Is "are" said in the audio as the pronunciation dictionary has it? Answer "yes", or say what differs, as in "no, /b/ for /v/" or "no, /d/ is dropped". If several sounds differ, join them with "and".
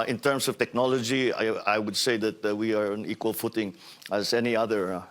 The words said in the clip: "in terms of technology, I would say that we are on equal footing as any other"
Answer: yes